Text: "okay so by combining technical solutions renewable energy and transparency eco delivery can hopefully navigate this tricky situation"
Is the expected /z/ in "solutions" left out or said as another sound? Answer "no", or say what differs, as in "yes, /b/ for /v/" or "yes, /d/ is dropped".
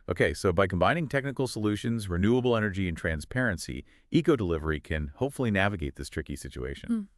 no